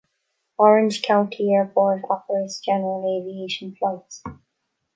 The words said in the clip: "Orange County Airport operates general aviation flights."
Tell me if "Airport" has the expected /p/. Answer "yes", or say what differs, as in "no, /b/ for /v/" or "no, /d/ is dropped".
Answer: no, /b/ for /p/